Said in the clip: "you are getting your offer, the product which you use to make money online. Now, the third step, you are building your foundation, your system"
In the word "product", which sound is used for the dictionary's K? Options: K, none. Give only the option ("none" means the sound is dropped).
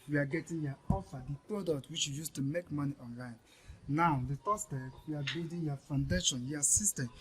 K